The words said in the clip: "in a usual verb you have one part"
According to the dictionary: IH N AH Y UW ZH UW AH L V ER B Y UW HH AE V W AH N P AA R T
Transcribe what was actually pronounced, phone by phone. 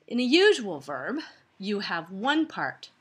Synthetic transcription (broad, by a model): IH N AH Y UW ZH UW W L V ER B Y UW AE V W AH N P AA R T